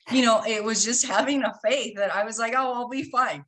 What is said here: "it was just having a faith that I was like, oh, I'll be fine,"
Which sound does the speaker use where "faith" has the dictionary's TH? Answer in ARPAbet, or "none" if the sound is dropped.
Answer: TH